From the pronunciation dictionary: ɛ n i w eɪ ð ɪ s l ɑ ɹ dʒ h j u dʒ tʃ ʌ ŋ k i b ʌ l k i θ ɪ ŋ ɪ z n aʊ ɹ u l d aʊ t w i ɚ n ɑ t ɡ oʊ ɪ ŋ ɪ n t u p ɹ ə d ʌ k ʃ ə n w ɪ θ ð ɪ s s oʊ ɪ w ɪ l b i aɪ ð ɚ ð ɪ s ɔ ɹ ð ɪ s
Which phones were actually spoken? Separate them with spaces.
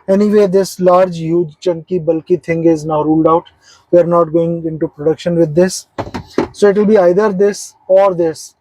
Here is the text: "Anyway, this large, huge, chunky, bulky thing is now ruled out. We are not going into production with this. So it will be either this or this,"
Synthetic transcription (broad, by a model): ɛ n i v eɪ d ɪ s l ɑ ɹ dʒ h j u dʒ tʃ ʌ ŋ k i b ʌ l k i t ɪ ŋ ɪ z n aʊ ɹ u l d aʊ t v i ɚ n ɑ t ɡ oʊ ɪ ŋ ɪ n t u p ɹ ə d ʌ k ʃ ə n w ɪ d ɪ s s oʊ ɪ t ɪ l b i aɪ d ɚ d ɪ s ɔ ɹ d ɪ s